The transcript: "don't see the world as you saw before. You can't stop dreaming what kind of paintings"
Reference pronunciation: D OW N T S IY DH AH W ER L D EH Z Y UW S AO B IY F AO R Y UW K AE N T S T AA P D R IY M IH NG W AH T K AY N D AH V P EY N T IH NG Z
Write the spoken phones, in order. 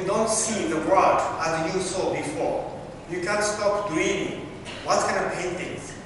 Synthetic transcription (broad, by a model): D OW N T S IY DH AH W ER D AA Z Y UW S AO B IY F AO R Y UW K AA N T S T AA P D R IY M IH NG W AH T K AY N AH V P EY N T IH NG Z